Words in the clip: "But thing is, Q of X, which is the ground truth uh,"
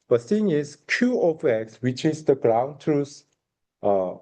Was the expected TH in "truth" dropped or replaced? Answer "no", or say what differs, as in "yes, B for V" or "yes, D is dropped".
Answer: yes, S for TH